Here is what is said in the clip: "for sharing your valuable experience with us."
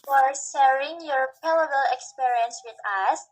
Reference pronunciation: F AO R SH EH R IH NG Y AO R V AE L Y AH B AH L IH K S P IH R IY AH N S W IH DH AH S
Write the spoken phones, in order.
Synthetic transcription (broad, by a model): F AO R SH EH R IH NG Y AO R P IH L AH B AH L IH K S P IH R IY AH N S W IH DH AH S